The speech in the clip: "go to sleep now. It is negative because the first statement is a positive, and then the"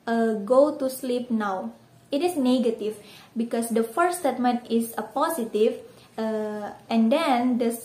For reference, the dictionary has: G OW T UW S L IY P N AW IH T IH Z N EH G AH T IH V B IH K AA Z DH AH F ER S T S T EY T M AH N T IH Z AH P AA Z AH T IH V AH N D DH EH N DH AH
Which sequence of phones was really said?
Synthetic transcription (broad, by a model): G OW T UW S L IY P N AW IH T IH S N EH G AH T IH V B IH K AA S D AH F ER T S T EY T M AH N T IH S AH P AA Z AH T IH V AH N D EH N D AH